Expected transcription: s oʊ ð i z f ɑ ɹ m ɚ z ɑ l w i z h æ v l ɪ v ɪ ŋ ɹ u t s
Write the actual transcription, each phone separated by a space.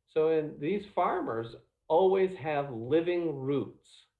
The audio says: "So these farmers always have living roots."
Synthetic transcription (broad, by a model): s oʊ ð i z f ɑ ɹ m ɚ z ɑ l w i z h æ v l ɪ v ɪ ŋ ɹ u t s